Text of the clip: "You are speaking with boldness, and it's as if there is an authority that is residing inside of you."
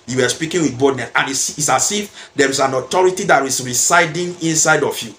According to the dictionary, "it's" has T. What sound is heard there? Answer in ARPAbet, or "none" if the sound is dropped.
S